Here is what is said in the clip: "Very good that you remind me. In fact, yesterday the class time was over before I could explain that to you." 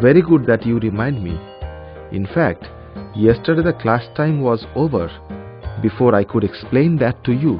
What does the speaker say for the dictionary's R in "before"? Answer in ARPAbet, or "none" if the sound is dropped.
R